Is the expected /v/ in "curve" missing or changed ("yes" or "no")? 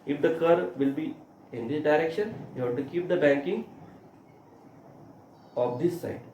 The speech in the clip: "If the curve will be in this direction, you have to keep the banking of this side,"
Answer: no